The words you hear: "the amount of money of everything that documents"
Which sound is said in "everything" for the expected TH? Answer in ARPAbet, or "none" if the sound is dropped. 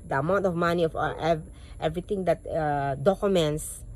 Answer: T